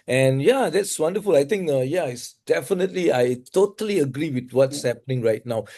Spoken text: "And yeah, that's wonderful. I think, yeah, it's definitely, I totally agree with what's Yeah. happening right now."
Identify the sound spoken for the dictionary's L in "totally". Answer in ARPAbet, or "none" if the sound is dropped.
L